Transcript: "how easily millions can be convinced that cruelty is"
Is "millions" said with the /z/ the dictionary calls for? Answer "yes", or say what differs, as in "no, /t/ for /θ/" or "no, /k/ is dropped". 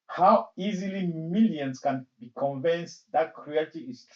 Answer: no, /s/ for /z/